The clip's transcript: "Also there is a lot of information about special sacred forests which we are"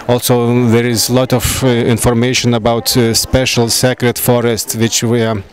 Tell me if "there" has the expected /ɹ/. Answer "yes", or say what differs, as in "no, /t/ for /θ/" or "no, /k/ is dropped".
yes